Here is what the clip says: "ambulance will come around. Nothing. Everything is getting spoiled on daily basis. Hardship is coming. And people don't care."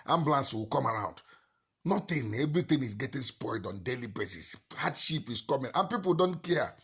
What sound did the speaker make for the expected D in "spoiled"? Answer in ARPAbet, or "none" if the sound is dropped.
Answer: D